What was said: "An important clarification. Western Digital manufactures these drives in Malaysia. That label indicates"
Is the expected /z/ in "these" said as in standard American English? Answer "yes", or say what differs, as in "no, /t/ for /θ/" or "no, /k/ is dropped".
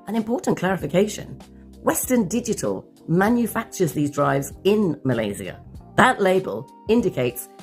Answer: yes